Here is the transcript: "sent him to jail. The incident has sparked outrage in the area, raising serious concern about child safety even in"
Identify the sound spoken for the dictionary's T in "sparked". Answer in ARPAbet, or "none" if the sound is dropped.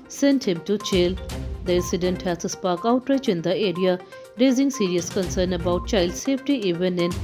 none